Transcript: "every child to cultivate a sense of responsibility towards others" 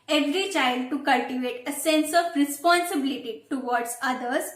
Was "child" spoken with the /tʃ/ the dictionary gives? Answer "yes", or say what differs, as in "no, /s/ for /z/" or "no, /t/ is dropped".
yes